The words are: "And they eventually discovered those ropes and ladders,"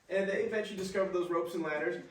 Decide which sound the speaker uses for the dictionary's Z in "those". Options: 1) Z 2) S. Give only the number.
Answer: 1